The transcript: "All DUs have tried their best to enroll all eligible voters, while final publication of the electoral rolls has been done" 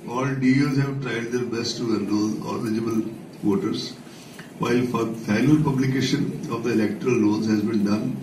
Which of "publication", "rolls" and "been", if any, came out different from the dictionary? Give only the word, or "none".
rolls